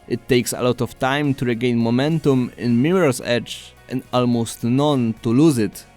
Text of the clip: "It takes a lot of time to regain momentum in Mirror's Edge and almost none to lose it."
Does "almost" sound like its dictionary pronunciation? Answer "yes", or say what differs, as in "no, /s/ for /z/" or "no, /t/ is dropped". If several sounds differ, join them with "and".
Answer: yes